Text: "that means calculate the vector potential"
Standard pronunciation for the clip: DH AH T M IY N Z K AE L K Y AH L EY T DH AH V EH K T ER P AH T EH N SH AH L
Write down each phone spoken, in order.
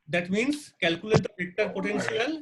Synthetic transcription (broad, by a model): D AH T M IY N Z K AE L K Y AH L EY T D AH P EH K T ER P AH T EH N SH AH L